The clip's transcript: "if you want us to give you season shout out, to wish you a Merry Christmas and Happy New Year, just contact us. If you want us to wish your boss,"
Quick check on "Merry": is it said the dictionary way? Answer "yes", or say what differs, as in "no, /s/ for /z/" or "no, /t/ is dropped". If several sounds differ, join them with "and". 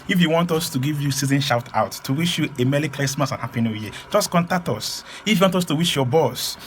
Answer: no, /l/ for /ɹ/